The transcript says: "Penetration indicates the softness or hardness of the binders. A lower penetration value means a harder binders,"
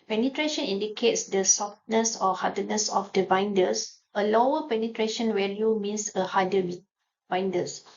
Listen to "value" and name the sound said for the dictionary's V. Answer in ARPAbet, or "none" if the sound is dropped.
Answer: W